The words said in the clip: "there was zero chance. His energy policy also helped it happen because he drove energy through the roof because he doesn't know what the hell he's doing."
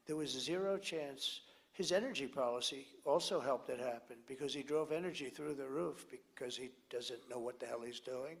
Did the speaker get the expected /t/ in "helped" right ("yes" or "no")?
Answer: yes